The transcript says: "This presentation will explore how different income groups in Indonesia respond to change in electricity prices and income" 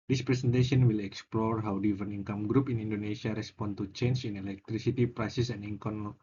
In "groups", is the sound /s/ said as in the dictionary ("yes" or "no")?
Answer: no